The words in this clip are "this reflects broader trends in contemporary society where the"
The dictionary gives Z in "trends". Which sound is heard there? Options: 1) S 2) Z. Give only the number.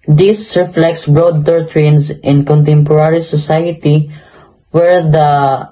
1